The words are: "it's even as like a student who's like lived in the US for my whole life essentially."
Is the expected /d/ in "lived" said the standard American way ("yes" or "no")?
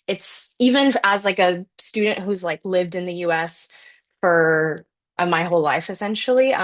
yes